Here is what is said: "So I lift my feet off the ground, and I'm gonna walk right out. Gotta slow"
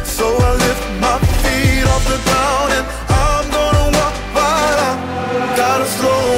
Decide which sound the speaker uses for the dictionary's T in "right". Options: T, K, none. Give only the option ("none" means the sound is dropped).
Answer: none